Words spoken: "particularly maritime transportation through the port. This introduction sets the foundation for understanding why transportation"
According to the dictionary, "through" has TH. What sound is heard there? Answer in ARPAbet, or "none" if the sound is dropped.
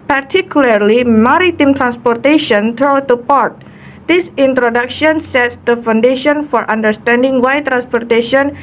T